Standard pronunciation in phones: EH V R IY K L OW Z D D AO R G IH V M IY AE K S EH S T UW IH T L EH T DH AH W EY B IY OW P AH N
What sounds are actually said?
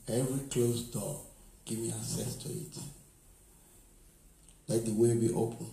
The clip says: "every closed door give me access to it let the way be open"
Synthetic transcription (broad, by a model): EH V R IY K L OW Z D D AO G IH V M IY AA S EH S T UW IH T L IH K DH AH W EY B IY OW P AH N